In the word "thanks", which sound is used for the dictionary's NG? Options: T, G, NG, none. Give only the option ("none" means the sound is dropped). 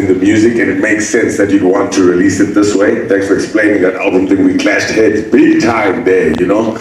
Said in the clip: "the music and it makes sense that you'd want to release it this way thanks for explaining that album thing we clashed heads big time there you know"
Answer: none